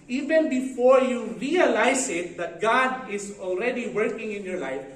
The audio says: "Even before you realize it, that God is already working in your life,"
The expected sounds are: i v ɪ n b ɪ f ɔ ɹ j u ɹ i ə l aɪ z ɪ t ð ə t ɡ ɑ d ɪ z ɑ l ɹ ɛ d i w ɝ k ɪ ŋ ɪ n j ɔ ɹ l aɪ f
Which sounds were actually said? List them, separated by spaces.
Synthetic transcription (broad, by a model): i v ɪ n b ɪ f ɔ ɹ j u ɹ i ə l aɪ s ɪ t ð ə t ɡ ɑ d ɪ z ɑ l ɹ ɛ d i w ɝ k ɪ ŋ ɪ n j ɔ ɹ l aɪ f